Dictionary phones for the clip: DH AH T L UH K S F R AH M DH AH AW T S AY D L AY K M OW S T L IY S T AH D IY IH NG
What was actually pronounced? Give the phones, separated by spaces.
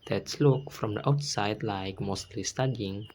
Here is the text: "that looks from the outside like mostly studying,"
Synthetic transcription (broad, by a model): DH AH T L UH K F R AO M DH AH AW T S AY D L AY K M OW S T L IY S T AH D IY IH NG